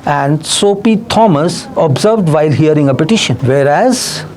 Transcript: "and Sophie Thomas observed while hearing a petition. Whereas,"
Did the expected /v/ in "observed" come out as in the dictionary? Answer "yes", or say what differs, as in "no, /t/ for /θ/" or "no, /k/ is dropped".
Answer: yes